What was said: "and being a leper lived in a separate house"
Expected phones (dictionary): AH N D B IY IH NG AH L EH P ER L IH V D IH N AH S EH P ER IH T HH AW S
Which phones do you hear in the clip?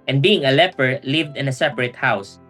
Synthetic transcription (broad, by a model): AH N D B IY IH NG AH L EH P ER L IH V D IH N AH S EH P ER IH T HH AW S